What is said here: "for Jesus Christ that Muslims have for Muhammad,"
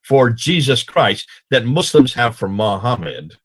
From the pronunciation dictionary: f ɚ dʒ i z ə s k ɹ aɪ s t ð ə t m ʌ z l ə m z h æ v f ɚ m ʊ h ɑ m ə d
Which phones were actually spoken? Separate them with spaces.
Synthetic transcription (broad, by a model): f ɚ dʒ i z ə s k ɹ aɪ s t ð ə t m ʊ s l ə m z h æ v f ɚ m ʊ h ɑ m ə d